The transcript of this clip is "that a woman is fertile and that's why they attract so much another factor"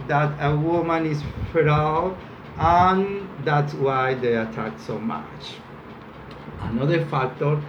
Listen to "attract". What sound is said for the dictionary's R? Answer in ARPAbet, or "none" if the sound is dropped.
none